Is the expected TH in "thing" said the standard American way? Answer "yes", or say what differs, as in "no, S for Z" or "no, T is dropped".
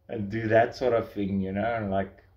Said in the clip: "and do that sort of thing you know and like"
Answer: yes